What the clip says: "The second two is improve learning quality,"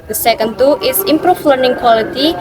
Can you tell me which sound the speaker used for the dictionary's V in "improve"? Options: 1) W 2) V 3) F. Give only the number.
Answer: 3